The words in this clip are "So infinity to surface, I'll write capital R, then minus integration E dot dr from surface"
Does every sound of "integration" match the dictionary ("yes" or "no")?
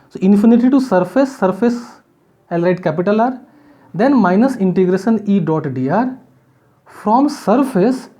yes